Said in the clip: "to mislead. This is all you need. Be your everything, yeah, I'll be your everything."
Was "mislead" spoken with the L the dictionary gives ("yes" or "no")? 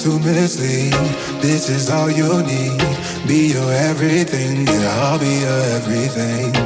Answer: no